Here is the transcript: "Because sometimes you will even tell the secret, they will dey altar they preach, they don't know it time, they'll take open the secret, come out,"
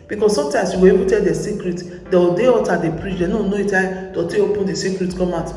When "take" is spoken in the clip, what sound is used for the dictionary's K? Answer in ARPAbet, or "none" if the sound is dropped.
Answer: none